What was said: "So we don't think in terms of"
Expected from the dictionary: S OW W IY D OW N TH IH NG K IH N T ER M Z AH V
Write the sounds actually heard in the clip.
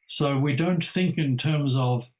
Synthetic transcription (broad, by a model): S OW W IY D OW N TH IH NG K IH N T ER M Z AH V